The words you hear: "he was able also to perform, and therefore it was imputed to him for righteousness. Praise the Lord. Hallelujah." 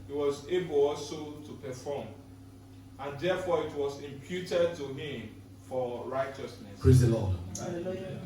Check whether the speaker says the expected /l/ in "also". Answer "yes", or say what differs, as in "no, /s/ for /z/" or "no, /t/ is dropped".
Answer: no, /l/ is dropped